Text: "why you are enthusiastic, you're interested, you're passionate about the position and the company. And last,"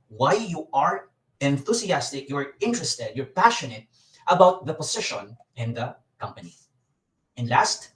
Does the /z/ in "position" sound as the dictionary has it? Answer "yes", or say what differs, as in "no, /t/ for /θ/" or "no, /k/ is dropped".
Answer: no, /s/ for /z/